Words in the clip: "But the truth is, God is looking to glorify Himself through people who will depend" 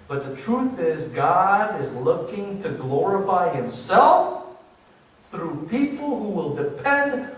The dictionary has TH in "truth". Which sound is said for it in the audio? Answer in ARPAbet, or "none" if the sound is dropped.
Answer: TH